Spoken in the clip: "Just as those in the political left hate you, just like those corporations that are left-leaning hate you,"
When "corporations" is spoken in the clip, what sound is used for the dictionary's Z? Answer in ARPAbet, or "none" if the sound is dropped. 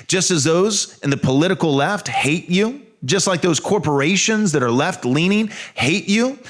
Z